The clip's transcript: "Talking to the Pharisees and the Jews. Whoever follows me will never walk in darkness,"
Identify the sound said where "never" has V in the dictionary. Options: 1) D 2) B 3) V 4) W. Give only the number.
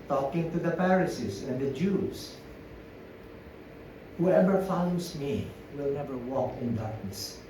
3